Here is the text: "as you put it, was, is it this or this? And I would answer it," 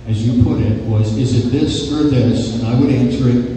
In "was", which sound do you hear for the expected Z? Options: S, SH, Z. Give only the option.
Z